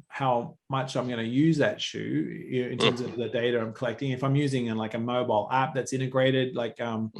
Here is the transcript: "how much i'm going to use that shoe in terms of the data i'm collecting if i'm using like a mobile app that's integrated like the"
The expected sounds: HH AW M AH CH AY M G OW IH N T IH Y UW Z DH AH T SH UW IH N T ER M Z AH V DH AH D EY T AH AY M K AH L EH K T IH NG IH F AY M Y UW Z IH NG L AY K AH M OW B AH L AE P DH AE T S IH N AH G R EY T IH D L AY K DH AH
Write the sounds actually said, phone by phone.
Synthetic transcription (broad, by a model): HH AW M AH CH AY M G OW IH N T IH Y UW Z DH AH T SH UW IH N T ER M Z AH V DH AH D EY T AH AY M K AH L EH K T IH NG IH F AY M Y UW Z IH NG L AY K AH M OW B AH L AE P DH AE T S IH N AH G R EY T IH D L AY K AH